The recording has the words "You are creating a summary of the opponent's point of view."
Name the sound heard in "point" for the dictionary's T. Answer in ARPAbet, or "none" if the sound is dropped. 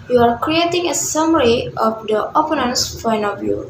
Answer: none